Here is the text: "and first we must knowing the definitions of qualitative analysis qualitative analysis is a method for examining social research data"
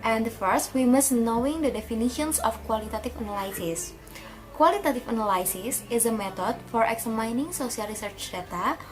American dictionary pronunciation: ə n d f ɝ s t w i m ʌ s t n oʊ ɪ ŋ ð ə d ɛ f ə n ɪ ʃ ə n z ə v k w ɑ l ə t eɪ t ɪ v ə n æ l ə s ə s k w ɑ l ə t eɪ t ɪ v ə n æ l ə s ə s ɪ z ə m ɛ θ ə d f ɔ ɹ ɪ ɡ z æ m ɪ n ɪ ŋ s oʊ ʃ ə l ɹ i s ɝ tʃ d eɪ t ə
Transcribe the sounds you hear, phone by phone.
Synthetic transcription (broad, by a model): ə n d f ɝ s t w i m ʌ s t n oʊ ɪ ŋ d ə d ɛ f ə n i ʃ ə n s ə f k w ɑ l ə t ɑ t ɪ f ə n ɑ l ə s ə s k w ɑ l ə t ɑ t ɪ f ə n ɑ l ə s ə s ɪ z ə m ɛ t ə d f ɔ ɹ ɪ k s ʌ m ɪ n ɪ ŋ s oʊ s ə l ɹ i s ɝ tʃ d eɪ t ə